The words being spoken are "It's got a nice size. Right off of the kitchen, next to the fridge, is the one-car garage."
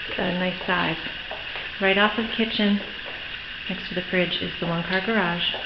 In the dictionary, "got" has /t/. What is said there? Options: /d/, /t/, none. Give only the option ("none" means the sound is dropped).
none